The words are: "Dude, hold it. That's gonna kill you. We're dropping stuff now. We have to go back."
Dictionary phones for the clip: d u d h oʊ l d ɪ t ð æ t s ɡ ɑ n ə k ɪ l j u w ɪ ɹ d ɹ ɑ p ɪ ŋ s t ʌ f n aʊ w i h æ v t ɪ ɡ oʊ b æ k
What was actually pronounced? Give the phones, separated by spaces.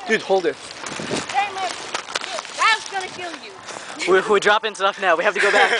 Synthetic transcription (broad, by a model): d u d h oʊ l d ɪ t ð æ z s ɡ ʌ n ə k ɪ l j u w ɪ w d ɹ ɑ p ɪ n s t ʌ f n aʊ w i h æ f t ɪ ɡ oʊ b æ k